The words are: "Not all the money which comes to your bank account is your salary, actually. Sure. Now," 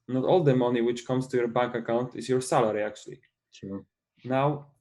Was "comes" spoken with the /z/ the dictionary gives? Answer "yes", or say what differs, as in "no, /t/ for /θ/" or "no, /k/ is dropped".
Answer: no, /s/ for /z/